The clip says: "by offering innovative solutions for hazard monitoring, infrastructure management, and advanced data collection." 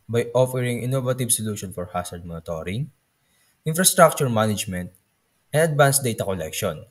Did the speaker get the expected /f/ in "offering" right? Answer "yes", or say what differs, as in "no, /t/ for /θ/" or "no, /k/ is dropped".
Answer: yes